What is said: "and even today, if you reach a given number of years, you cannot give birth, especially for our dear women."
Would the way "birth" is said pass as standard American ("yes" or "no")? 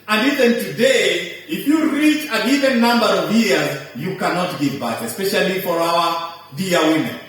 no